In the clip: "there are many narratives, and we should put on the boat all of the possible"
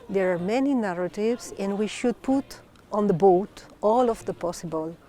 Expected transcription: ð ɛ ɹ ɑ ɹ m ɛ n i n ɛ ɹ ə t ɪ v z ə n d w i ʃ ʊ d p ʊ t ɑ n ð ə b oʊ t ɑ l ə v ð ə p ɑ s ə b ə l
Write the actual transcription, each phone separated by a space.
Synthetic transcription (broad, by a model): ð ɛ ɹ ɑ ɹ m ɛ n i n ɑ ɹ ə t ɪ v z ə n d w i ʃ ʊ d p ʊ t ɑ n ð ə b oʊ t ɑ l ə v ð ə p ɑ s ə b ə l